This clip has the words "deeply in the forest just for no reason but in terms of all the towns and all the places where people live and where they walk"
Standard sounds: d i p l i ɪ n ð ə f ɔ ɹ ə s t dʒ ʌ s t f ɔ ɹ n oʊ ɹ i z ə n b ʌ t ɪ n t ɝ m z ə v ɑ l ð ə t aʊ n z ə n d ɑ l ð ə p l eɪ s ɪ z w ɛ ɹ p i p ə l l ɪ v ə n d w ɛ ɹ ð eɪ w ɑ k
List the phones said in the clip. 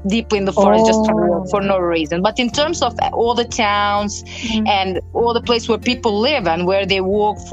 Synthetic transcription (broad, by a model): d i p l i ɪ n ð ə f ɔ ɹ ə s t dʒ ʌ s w f ɔ ɹ n oʊ ɹ i z ə n b ʌ t ɪ n t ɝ m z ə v ɑ l ð ə t aʊ n z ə n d ɑ l ð ə p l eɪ ɪ s w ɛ ɹ p i p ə l l ɪ v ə n w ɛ ɹ ð eɪ w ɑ k